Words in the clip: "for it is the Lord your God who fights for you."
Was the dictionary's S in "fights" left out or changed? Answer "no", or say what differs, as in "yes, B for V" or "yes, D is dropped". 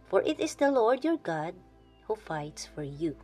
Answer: no